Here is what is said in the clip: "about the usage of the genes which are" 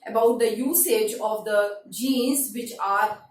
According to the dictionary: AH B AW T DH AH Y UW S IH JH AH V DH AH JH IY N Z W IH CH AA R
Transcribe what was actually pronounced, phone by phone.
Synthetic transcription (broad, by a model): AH B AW T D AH Y UW S IH JH AH V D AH JH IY N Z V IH CH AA R